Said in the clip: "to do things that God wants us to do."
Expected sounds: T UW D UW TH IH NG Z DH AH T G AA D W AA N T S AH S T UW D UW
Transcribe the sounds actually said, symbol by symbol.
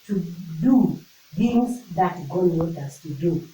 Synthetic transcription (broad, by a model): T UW D UW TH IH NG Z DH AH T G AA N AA T AH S T UW D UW